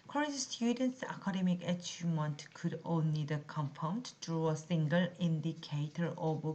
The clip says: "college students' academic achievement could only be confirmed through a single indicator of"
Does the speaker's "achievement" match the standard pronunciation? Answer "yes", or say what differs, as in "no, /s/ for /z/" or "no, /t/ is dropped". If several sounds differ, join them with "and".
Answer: no, /v/ is dropped